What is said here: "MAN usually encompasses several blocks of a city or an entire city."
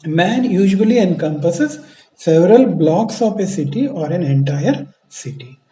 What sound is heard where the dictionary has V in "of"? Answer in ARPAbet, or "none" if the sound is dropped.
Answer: P